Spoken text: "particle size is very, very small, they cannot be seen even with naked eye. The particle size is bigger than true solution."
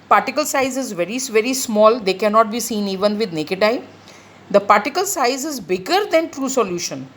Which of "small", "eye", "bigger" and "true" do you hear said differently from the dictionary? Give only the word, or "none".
none